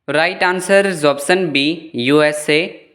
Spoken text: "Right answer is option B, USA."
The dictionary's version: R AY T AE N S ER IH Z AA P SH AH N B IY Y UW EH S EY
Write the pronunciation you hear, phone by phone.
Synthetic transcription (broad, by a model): R AY T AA N S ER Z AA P S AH N B IY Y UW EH S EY